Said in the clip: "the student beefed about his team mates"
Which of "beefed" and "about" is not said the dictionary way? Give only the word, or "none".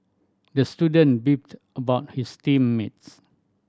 beefed